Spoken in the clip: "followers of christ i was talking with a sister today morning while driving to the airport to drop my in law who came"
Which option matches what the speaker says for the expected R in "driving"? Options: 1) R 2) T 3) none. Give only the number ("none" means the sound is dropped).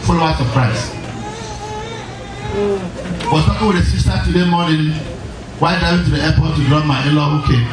3